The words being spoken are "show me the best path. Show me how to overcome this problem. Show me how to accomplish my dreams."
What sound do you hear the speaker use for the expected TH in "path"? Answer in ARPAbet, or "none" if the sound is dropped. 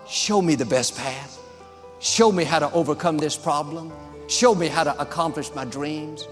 TH